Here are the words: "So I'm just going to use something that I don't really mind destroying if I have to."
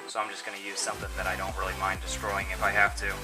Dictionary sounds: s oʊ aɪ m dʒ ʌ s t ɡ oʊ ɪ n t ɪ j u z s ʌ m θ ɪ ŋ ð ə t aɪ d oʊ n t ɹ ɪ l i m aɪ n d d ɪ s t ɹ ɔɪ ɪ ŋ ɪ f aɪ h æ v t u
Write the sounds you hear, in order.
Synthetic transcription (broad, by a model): s oʊ aɪ m dʒ ʌ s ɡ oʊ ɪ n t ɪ j u z s ʌ m θ ɪ ŋ ð ə t aɪ d oʊ n t ɹ ɪ l i m aɪ n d d ɪ s t ɹ ɔɪ ɪ ŋ ɪ f aɪ h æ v t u